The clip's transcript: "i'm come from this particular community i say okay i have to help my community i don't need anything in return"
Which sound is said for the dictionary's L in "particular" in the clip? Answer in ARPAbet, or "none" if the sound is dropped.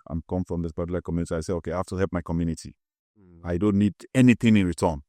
none